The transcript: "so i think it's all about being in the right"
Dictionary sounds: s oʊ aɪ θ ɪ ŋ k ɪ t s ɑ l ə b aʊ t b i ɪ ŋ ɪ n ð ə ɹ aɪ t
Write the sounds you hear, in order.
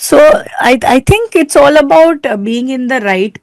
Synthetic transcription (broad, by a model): s oʊ aɪ t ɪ ŋ k ɪ t s ɑ l ə b aʊ t b i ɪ ŋ ɪ n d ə ɹ aɪ t